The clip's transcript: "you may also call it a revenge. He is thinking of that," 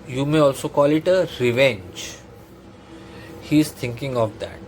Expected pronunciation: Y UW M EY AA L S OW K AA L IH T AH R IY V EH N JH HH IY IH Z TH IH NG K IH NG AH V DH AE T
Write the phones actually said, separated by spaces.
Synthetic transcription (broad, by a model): Y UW M EY AA L S OW K AA L IH T AH R IY V EH N JH HH IY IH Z T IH NG K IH NG AH V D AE T